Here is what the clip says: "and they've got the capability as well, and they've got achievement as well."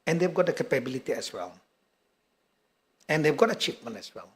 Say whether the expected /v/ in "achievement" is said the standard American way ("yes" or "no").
no